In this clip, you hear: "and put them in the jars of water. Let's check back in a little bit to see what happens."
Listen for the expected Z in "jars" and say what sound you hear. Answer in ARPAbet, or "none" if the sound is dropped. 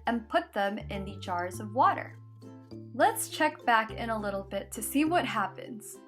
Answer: Z